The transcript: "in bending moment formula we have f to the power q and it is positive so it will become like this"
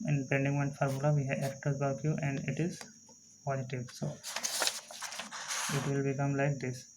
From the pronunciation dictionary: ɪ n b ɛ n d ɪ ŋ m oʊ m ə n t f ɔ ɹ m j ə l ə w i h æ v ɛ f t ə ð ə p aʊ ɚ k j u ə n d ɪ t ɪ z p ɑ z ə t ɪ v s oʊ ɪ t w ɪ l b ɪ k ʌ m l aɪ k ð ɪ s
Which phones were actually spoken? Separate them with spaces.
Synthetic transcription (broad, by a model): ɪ n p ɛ n d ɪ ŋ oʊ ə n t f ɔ ɹ m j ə l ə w i h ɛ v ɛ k t ə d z b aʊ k j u ə n d ɪ t ɪ z p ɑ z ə t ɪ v s oʊ ɪ t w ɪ l b ɪ k ʌ m l aɪ k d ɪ s